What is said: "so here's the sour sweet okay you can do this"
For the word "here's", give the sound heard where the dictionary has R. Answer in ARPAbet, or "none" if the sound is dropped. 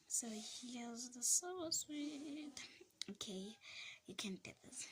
L